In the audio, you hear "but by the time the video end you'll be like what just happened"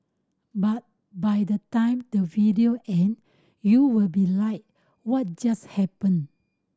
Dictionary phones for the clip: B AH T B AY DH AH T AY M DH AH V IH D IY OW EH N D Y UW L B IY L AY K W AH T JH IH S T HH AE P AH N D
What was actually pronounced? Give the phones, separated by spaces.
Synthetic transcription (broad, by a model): B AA T B AY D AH T AY M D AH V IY D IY OW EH N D Y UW L B IY L AY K W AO T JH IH S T HH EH P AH N